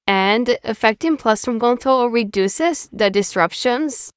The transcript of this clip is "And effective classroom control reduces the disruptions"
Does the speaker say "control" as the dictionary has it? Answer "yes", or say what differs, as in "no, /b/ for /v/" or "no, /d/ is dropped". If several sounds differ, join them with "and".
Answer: no, /ɹ/ is dropped